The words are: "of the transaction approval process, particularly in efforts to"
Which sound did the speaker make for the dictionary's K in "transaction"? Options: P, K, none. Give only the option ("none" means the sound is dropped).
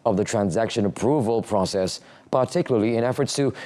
K